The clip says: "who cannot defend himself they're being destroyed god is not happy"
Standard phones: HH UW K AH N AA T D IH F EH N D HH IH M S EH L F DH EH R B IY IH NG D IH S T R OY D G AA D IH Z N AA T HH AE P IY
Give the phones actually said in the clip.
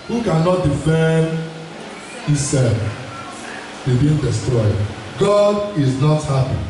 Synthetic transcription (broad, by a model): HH UW K AH N AA T D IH F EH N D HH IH S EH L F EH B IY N D IH S T R OY D G AA D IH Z N AA T HH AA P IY